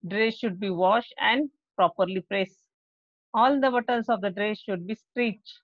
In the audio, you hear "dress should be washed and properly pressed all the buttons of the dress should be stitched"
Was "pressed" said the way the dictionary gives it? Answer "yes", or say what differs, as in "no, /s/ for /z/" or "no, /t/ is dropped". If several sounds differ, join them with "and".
no, /t/ is dropped